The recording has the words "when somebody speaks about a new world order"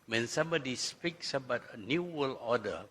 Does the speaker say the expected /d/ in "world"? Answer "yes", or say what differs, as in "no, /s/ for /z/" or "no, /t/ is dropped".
no, /d/ is dropped